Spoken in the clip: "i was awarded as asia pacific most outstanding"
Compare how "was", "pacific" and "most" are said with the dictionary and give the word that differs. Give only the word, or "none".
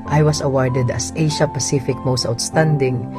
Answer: was